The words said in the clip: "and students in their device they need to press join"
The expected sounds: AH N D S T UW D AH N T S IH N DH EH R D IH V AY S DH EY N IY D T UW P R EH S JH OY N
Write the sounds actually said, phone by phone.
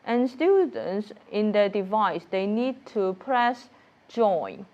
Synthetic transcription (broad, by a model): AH N S T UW D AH N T S IH N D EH D IH V AY S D EY N IY D T UW P R EH S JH OY N